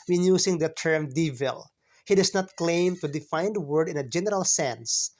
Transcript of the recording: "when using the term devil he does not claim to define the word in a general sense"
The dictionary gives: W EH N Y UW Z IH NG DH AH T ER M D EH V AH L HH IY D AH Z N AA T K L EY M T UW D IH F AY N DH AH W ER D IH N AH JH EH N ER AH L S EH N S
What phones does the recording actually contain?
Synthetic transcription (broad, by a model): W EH N Y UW S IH NG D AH T ER M D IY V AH L HH IY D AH S N AA T K L EY M T UW D IH F AY N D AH W ER D IH N AH JH EH N ER AH L S EH N S